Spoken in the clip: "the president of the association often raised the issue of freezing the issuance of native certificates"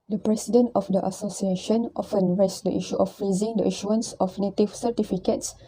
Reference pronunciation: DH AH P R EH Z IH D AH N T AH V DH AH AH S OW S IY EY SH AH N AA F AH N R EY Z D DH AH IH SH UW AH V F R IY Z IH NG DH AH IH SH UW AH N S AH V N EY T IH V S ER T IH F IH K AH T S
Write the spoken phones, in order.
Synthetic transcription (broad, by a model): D AH P R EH S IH D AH N T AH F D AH AH S OW S IY EY SH AH N AA F AH N R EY S D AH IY SH UW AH F R IY Z IH NG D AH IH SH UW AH N S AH F N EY T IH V S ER T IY F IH K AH T S